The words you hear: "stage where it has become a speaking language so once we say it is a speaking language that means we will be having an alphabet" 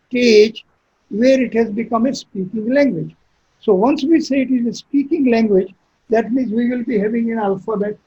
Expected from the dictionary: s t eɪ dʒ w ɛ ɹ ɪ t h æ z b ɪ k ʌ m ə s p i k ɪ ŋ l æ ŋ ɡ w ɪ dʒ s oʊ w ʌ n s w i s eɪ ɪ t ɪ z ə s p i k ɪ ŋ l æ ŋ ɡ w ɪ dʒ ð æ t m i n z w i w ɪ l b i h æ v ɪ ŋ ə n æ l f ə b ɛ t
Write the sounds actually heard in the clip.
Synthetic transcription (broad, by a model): t eɪ dʒ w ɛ ɹ ɪ t h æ z b ɪ k ʌ m ə s p i k ɪ ŋ l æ ŋ ɡ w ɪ dʒ s oʊ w ʌ n s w i s eɪ ɪ t ɪ z ə s p i k ɪ ŋ l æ ŋ ɡ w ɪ dʒ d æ t m i n z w i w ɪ l b i h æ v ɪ ŋ ə n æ l f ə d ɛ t